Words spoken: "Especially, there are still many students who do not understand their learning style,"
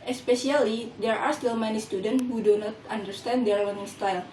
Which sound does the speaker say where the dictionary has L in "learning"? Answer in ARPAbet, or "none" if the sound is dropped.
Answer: W